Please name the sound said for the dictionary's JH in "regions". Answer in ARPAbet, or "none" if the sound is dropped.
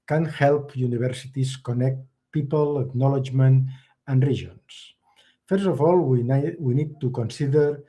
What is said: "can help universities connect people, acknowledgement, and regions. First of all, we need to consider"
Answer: ZH